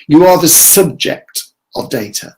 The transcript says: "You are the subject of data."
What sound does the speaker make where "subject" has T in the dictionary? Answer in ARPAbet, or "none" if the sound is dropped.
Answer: T